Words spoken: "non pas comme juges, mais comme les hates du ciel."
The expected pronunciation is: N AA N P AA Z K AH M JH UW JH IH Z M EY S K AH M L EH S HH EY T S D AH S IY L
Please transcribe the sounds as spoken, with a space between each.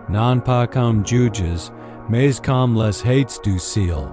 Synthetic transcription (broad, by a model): N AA N P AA K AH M JH UW JH IH Z M EY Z K AH M L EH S HH EY T S D AH S IY L